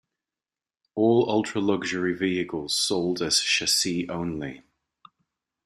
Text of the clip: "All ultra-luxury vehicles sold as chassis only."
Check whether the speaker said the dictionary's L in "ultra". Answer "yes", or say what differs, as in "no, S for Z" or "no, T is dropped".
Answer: yes